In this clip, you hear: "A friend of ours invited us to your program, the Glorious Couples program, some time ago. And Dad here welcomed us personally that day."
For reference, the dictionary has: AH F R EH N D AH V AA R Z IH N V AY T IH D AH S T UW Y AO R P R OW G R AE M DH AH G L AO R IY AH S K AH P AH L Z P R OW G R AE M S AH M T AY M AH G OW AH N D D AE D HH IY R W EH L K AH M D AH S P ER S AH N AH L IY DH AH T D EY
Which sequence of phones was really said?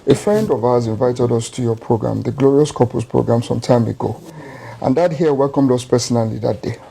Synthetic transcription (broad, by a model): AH F R EH N D AH V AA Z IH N V AY T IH D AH S T UW Y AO P R OW G R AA M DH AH G L AO R IY AH S K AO P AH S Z P R OW G R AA M S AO M T AY M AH G OW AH N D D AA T HH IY W EH L K AH M D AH S P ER S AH N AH L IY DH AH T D EY